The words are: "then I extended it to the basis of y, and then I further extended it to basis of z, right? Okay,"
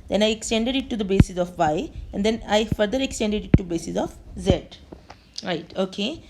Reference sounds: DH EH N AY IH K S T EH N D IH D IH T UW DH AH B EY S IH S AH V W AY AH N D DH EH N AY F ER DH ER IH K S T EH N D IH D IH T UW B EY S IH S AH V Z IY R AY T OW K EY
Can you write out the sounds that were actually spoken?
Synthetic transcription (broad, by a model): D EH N AY IH K S T EH N D IH D IH T UW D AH B EY S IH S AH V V AY AH N D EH N AY F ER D ER IH K S T EH N D IH D IH T UW B EY S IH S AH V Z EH R AY T OW K EY